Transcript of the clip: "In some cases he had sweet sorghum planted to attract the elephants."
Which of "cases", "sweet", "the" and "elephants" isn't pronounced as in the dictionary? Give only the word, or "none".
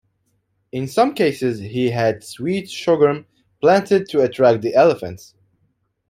none